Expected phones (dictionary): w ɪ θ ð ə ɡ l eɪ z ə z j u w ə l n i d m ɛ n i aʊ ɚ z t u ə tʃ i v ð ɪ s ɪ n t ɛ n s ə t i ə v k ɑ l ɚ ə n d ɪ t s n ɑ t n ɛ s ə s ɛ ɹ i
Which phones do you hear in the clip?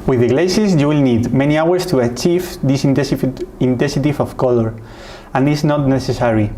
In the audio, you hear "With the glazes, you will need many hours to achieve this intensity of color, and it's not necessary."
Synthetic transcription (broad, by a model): w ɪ ð ə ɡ l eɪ s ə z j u w ə l n i d m ɛ n i aʊ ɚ s t u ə tʃ i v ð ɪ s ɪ n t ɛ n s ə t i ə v k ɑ l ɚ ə n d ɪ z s n ɑ t n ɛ s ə s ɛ ɹ i